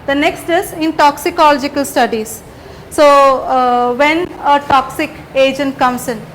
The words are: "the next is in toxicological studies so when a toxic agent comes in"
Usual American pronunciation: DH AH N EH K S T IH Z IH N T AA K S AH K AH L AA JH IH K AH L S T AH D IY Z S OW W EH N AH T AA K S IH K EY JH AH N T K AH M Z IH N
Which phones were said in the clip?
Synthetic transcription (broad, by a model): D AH N EH K S T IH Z IH N T AA K S AH K AH L AA JH IH K AH L S T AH D IY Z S OW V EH N AH T AA K S IH K EY JH AH N T K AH M S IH N